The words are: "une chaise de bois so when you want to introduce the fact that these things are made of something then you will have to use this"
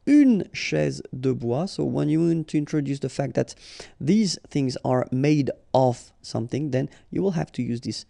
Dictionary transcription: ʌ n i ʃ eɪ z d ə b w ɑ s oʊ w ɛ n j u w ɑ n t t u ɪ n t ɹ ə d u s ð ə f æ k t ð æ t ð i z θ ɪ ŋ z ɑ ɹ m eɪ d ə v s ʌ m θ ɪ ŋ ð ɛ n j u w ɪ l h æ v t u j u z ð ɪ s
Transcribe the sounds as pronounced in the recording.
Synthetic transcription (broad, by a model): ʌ n ʃ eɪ z d ə b w ɑ s oʊ w ɛ n j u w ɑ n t t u ɪ n t ɹ ə d u s ð ə f æ k t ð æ t ð i z θ ɪ ŋ z ɑ ɹ m eɪ d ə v s ʌ m θ ɪ ŋ ð ɛ n j u w ɪ l h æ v t u j u z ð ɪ s